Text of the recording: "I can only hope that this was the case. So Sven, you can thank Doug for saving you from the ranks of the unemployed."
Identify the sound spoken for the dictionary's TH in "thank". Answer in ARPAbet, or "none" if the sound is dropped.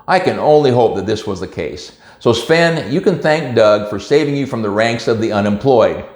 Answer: TH